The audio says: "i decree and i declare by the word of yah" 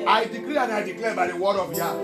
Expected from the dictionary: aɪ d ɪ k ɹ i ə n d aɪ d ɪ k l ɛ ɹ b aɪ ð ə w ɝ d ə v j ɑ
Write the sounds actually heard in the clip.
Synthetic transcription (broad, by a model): aɪ d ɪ k l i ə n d aɪ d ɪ k l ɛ b aɪ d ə w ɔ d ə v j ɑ